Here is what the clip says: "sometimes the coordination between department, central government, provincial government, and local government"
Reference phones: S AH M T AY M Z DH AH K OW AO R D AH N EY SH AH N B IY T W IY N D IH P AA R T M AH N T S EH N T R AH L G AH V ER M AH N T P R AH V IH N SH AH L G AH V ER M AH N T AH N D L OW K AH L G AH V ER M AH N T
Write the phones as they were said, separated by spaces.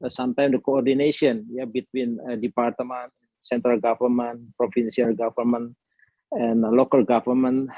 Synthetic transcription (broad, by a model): S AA M T AY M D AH K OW AO R D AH N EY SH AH N B IY T W IY N D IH P AA R T M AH N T S EH N T R AH L G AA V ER M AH N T P R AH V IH N S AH L G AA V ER M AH N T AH N L OW K AH L G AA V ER M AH N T